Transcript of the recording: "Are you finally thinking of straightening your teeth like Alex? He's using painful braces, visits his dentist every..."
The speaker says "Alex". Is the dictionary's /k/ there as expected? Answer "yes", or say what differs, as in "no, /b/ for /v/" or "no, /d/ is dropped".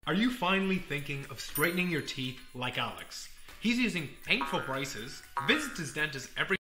yes